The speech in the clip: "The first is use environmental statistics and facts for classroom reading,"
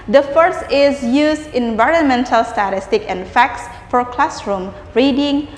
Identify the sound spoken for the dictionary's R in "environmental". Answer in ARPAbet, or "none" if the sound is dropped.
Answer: R